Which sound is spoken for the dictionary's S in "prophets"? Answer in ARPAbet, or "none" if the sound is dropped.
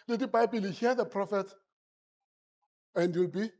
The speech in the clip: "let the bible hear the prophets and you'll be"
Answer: none